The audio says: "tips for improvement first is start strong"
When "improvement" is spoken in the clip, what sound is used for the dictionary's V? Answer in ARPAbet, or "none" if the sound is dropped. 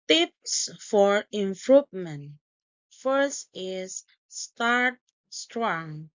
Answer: P